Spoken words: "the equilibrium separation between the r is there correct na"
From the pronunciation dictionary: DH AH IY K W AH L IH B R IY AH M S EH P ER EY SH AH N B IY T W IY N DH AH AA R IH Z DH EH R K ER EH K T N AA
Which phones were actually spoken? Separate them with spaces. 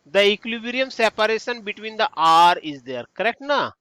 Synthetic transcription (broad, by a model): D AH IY K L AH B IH R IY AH M S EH P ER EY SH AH N B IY T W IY N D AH AA R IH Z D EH R K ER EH K T N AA